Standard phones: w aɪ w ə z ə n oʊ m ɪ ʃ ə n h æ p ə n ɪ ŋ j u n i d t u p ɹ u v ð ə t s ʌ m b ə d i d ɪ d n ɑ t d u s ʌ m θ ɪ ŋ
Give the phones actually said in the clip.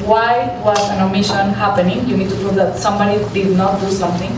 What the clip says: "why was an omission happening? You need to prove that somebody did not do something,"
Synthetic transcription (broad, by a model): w aɪ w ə s ə n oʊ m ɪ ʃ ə n h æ p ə n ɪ ŋ j u n i d t u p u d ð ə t s ʌ m b ə d i d ɪ d n ɑ t d u s ʌ m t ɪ ŋ